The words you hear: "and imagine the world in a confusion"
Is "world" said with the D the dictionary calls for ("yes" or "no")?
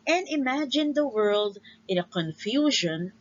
yes